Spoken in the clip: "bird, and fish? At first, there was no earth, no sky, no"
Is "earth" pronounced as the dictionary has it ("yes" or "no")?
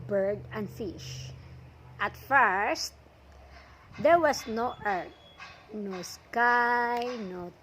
no